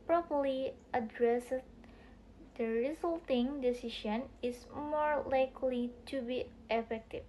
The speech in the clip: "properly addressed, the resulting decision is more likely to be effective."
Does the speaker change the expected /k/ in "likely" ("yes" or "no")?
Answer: no